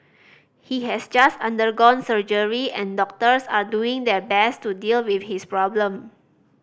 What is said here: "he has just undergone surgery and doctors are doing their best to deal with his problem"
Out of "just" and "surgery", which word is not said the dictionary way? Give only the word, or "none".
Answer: none